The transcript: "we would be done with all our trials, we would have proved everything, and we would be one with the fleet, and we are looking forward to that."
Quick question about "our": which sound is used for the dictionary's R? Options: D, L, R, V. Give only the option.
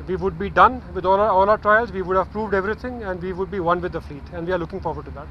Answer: L